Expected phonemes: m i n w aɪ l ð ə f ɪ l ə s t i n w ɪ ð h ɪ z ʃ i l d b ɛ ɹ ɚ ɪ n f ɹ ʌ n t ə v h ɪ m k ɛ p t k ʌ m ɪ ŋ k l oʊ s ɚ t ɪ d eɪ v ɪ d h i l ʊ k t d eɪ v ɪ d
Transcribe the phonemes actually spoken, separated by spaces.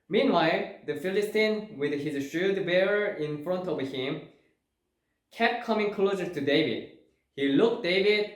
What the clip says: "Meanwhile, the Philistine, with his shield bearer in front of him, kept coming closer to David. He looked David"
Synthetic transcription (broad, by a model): m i n w aɪ l ð ə f ɪ l ə s t i n w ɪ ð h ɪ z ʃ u d b ɛ ɹ ɚ ɪ n f ɹ ʌ n t ə v h ɪ m k ɛ p t k ʌ m ɪ ŋ k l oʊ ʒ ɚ t ɪ d eɪ v ɪ d h i l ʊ k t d eɪ v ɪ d